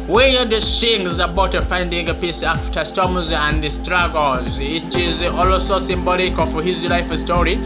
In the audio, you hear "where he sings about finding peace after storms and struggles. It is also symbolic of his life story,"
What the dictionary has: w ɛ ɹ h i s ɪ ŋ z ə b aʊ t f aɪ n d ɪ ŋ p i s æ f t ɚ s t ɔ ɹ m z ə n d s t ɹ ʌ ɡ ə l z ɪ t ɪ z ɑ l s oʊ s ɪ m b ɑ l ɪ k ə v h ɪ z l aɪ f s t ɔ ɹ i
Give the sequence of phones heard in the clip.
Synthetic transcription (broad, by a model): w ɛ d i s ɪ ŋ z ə b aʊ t f aɪ n d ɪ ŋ p i s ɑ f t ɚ s t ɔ m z ə n d s t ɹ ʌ ɡ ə l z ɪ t ɪ z ɑ l s oʊ s ɪ m b ɑ l ɪ k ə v h ɪ z l aɪ f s t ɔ ɹ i